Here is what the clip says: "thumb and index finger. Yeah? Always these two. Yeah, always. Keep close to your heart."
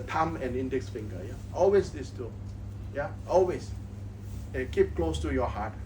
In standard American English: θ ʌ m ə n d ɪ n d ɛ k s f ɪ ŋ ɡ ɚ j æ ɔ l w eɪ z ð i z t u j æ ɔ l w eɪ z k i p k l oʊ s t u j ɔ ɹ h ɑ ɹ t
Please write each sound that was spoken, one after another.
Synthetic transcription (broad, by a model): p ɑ m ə n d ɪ n d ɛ k s f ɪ ŋ ɡ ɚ j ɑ ɔ l w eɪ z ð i s t u j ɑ ɔ l w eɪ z k i p k l oʊ s t u j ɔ h ɑ t